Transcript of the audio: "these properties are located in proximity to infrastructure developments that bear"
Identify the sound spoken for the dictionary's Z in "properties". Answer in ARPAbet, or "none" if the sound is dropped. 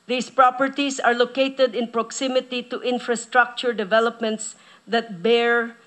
S